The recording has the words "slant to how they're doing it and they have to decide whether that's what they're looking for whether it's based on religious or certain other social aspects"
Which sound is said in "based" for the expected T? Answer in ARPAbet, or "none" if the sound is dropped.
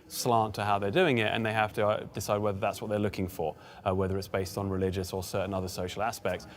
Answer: T